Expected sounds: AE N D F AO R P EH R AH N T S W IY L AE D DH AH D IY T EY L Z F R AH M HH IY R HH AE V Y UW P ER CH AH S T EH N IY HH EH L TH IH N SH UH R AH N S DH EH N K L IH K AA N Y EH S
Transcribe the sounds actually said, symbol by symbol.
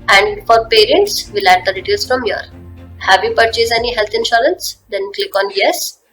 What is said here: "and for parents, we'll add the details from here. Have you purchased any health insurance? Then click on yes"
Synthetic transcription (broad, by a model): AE N D F AO R P EH R AH N T S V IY L AE D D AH D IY T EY L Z F R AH M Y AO R HH AE V Y UW P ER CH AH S EH N IY HH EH L T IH N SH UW R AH N S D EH N K L IH K AA N Y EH S